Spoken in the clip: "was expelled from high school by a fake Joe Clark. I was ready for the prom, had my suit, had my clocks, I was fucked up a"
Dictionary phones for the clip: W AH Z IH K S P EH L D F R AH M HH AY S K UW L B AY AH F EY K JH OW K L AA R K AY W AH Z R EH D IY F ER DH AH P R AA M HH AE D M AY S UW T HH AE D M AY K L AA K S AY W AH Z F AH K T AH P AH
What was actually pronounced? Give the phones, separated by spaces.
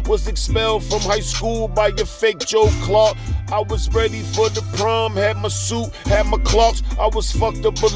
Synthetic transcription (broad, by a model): W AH Z IH K S P EH L D F R AH M HH AY S K UW L B AY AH F EY K JH OW K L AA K AY W AH Z R EH D IY F ER DH AH P R AA M HH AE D M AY S UW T HH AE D M AY K L AA K S AY W AH Z F AH K T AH B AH